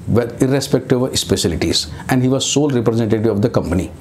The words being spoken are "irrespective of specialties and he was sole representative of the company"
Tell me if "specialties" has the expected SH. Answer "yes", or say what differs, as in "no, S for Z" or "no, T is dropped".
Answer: no, S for SH